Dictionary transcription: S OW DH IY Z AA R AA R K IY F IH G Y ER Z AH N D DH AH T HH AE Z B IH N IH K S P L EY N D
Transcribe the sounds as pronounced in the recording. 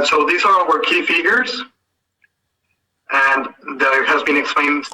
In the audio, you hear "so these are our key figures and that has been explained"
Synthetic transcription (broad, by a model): S OW DH IY Z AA W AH R K IY F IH G Y ER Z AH N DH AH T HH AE Z B IH N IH K S P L EY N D